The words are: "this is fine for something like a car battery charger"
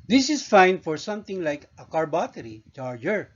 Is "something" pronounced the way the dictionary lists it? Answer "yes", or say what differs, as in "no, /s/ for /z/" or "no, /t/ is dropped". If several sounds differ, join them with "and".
no, /t/ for /θ/